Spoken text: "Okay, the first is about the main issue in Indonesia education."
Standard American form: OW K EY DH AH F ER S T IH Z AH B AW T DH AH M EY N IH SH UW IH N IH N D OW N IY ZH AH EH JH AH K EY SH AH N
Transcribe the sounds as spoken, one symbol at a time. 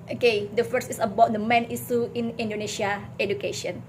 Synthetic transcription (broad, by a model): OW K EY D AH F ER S IH S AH B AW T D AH M EY N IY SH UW IH N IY N D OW N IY S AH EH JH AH K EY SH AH N